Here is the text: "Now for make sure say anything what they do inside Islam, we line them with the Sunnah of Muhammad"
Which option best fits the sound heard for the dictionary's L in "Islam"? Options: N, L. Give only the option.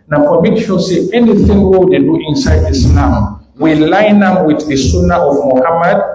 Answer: N